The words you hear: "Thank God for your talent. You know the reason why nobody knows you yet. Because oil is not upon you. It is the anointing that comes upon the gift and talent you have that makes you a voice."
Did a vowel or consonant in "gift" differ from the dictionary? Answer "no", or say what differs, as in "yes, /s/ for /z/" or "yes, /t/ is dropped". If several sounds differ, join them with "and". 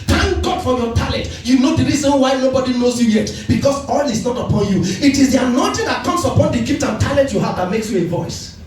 yes, /p/ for /f/